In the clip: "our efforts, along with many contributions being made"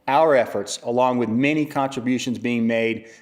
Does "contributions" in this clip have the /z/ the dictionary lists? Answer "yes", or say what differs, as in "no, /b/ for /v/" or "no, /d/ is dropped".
yes